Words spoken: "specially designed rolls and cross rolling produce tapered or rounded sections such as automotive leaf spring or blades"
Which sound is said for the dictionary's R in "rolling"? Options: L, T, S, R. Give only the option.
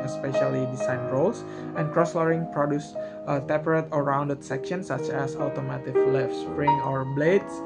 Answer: L